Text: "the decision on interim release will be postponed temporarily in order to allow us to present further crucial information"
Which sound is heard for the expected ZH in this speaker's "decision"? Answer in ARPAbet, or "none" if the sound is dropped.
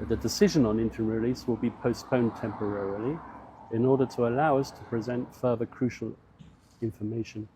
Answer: ZH